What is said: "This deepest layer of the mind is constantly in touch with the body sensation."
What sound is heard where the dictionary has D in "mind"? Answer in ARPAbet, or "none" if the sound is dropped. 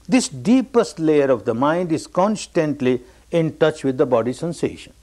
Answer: D